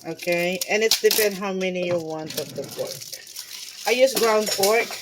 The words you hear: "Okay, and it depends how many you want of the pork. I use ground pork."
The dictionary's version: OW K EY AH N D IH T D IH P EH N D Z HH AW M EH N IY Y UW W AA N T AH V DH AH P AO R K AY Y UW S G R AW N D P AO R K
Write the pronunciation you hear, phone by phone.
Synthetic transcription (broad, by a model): OW K EY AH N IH T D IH F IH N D HH AW M EH N IY Y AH W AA N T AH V DH AH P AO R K AY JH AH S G R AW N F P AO R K